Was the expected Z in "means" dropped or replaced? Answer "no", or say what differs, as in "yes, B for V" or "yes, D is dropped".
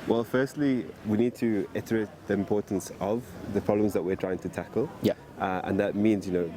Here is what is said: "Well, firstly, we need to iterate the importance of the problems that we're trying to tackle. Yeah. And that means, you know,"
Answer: no